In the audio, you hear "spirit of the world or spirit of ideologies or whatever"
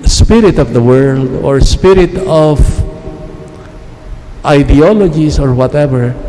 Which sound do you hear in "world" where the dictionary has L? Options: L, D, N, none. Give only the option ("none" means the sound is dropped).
L